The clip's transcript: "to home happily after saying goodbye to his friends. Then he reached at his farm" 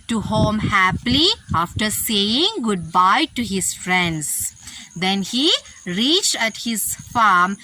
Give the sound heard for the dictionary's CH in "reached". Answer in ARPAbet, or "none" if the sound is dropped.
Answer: CH